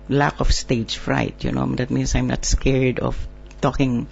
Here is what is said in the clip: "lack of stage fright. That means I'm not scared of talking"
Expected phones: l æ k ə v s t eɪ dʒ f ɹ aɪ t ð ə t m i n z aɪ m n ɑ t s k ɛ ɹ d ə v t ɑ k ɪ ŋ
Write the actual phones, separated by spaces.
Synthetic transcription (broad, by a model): l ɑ k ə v s t eɪ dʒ f ɹ aɪ t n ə t m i n s aɪ m n ɑ t s k ɛ ɹ d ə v t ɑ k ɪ ŋ